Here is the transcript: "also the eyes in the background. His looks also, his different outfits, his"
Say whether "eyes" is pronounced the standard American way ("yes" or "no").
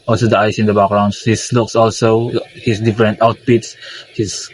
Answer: no